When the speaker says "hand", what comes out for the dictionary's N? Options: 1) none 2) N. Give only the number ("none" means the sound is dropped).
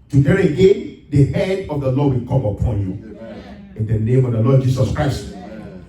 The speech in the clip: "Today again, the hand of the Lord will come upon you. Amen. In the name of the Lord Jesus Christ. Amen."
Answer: 1